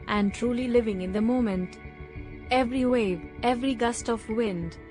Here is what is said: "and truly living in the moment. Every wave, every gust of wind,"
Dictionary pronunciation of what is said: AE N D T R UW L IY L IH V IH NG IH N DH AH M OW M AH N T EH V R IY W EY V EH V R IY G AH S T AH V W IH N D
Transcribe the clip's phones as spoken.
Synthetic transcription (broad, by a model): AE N D T R UW L IY L IH V IH NG IH N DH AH M OW M AH N T EH V R IY W EY V EH V R IY G AH S T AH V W IH N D